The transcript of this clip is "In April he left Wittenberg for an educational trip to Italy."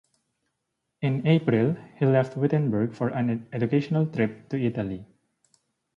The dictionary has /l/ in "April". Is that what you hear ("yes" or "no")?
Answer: yes